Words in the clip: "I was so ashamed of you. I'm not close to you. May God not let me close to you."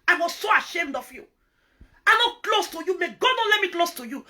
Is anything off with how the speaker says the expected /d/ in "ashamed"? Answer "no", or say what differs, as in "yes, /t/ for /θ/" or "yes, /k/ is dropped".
no